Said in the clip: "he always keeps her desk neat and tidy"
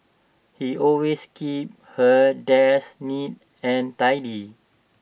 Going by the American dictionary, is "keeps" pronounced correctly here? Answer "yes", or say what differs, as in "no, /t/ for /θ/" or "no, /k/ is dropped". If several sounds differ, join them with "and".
no, /s/ is dropped